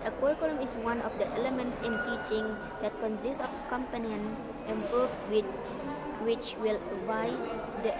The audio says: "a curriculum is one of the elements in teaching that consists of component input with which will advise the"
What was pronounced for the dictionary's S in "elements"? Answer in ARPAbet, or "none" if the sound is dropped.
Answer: S